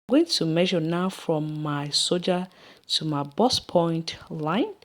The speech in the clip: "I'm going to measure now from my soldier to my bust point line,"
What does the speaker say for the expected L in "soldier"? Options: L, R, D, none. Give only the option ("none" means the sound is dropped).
none